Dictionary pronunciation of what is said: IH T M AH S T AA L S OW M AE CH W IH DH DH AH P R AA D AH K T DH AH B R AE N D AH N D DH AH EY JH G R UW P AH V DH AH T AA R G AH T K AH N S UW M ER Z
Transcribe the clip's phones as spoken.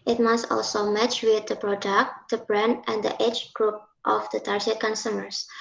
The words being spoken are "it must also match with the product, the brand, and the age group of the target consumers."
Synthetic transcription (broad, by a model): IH T M AH S T AA L S OW M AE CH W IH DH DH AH P R AA D AH K T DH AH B R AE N AH N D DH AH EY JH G R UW P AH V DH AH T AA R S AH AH K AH N S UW M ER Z